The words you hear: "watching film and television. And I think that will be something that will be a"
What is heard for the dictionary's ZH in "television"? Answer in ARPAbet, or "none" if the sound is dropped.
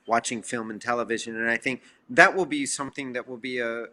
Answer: ZH